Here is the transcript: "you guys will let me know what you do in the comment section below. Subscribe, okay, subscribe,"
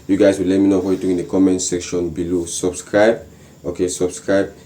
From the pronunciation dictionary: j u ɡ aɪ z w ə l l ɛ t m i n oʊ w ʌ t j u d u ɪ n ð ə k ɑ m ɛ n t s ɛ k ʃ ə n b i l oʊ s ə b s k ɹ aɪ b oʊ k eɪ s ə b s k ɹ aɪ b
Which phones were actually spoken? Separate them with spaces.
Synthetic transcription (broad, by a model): j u ɡ aɪ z w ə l l ɛ t m i n oʊ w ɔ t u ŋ ɪ n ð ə k ɑ m ɛ n t s ɛ k ʃ ə n b i l oʊ s ə b s k ɹ aɪ b oʊ k eɪ s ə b s k ɹ aɪ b